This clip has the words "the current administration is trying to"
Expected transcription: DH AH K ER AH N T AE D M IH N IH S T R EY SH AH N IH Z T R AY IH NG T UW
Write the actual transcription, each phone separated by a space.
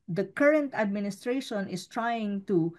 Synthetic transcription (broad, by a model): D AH K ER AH N T AE D M IH N IH S T R EY SH AH N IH S T R AY IH NG T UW